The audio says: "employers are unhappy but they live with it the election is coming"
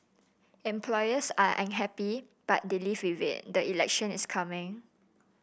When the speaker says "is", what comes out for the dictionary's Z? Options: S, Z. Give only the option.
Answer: S